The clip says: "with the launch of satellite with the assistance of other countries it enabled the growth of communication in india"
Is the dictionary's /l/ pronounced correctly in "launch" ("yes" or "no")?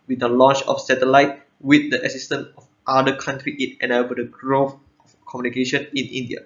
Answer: yes